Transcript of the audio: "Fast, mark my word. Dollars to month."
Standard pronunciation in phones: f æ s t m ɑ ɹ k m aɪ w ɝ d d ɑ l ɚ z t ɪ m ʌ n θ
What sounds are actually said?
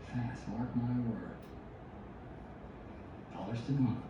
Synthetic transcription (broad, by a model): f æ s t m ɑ ɹ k m aɪ w ɝ d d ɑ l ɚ s t ɪ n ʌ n